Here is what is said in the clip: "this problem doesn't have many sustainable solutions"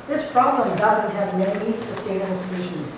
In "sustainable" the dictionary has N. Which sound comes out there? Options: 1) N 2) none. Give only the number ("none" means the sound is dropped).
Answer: 2